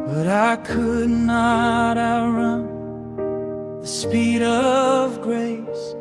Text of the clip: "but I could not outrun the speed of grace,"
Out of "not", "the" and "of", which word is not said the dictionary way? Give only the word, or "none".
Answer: none